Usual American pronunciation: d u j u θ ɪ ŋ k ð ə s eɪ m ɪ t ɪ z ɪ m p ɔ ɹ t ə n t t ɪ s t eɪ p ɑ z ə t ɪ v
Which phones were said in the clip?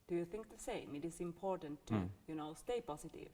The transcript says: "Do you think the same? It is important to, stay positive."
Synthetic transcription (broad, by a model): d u j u θ ɪ ŋ k ð ə s eɪ m ɪ t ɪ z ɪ m p ɔ ɹ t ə n t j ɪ s t eɪ p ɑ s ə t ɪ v